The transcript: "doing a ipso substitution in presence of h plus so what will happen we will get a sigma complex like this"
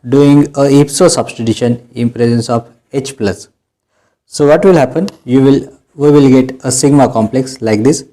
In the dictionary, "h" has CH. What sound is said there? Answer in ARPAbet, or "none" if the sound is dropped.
CH